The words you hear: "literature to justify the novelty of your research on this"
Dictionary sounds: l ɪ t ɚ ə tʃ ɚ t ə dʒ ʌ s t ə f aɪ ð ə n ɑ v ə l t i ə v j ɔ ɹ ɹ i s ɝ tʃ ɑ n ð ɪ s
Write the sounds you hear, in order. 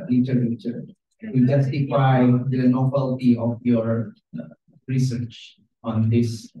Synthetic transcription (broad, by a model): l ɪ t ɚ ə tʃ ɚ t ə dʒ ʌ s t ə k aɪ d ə n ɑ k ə l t i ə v j ɔ ɹ ɹ i s ɝ tʃ ɑ n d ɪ s